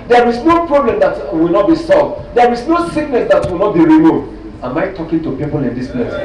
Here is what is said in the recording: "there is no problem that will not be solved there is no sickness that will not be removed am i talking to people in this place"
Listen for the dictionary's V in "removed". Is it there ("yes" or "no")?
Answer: no